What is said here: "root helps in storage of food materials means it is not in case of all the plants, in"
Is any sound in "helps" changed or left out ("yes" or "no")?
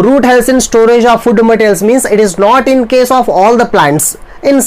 yes